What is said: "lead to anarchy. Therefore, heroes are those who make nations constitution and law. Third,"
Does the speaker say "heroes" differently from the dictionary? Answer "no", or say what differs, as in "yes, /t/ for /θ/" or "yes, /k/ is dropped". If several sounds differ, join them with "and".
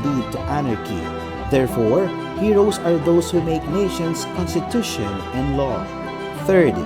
yes, /s/ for /z/